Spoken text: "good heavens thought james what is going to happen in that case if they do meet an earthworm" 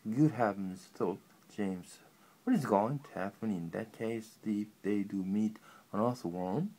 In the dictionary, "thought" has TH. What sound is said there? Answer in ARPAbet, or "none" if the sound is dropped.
T